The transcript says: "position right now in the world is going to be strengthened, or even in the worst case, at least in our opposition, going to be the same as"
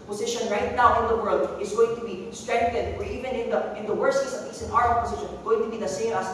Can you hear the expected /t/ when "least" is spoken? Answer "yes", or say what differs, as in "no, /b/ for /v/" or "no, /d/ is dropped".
no, /t/ is dropped